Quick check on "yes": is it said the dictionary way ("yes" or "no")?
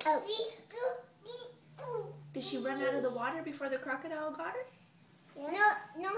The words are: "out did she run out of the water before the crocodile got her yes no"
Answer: no